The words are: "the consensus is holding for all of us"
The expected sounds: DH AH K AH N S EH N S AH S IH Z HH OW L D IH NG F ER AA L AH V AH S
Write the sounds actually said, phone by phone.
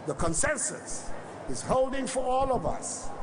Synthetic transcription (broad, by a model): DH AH K AH N S EH N S AH S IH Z HH OW L D IH NG F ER AA L AH V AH S